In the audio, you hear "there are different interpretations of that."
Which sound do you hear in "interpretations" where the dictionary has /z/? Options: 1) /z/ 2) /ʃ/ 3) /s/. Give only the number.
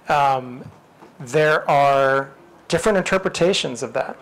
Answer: 1